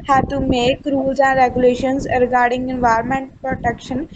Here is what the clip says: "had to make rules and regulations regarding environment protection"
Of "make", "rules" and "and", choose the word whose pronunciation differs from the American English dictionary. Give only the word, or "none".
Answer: rules